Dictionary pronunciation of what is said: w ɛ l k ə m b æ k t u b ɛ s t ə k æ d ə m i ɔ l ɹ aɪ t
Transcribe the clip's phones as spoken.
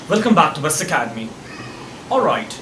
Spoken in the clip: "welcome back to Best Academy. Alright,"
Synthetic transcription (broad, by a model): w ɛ l k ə m b æ k t u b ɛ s ə k æ d ə m i ɔ l ɹ aɪ t